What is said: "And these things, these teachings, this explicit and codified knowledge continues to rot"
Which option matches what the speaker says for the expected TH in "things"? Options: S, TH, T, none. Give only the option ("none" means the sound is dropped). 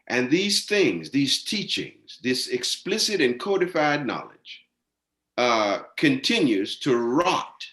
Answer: TH